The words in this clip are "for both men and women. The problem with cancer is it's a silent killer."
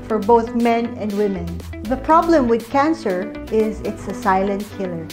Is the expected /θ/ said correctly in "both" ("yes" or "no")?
yes